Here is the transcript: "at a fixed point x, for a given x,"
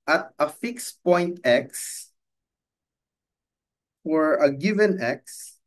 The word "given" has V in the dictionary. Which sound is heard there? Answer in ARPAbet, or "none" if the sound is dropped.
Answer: V